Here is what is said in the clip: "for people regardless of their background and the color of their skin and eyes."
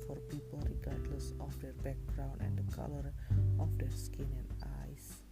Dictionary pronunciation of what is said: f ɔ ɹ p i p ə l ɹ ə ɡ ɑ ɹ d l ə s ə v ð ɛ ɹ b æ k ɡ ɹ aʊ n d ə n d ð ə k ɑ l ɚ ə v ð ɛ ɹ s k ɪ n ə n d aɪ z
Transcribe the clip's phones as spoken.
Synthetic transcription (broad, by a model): f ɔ ɹ p i p ə l ɹ ə ɡ ɑ ɹ d l ə s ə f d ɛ ɹ b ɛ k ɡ ɹ aʊ n ə n d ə k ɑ l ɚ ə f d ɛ ɹ s k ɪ n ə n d aɪ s